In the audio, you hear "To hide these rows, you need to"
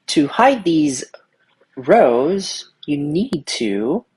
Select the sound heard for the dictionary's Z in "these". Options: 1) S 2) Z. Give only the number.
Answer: 2